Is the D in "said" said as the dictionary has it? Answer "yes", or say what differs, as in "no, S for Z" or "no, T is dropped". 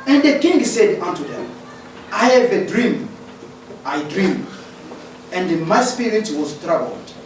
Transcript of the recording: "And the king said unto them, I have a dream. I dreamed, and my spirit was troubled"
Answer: yes